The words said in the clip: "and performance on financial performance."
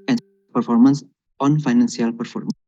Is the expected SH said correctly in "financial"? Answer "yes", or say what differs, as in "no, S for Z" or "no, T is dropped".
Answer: no, S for SH